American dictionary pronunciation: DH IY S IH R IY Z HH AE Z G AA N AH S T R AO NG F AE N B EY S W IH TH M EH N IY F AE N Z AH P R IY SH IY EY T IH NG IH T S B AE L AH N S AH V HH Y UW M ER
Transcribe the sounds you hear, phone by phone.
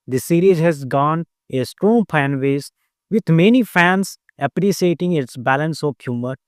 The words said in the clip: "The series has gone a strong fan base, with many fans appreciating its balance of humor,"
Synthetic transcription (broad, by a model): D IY S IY R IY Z HH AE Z G AA N AH S T R AO NG P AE N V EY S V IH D M EH N IY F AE N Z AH P R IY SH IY EY T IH NG IH T S B AE L AH N S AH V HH Y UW M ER